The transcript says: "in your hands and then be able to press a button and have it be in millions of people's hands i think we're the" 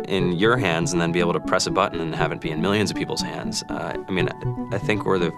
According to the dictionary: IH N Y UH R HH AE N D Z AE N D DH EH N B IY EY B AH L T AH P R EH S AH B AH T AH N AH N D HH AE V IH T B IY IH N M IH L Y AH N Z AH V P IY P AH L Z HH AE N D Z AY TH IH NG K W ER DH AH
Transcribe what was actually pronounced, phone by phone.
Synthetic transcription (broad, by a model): IH N Y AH R HH AE N D Z N DH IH N B IY EY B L T AH P R EH S AH B AH T N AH N HH AE V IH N B IY IH N M IH L Y AH N Z AH V P IY P L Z HH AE N D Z AY TH IH NG K W ER DH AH